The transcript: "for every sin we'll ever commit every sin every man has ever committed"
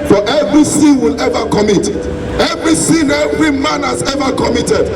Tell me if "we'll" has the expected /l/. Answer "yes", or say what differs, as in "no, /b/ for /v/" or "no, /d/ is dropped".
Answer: yes